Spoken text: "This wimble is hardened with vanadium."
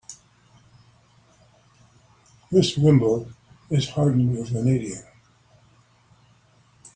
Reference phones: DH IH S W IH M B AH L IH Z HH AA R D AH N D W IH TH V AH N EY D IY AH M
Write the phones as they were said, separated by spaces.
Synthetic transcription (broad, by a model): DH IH S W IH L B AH IH Z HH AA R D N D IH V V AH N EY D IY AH